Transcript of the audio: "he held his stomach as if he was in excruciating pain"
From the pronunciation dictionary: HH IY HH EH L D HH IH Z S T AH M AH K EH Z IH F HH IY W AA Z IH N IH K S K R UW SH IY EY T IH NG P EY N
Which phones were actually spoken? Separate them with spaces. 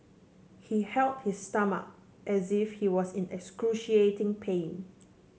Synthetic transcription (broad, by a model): HH IY HH EH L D HH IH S T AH M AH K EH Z IH F HH IY W AA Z IH N IH K S K R UW SH IY EY T IH NG P EY N